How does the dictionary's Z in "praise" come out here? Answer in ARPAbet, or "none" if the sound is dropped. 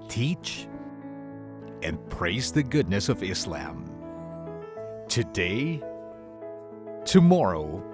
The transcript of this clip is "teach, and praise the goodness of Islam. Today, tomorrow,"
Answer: Z